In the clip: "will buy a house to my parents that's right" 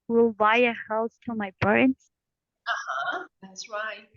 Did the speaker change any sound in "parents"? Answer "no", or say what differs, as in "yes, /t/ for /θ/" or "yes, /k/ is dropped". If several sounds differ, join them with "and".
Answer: yes, /b/ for /p/